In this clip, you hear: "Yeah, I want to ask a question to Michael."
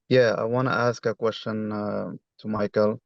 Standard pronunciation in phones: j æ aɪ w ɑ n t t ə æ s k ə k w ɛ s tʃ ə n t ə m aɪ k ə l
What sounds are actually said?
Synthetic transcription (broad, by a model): j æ aɪ w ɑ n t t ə æ s k ə k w ɛ s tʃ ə n t ə m aɪ k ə l